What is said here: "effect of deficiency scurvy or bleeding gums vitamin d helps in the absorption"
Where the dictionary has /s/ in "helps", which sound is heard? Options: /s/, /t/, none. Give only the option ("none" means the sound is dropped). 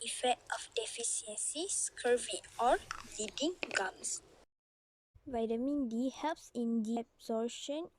/s/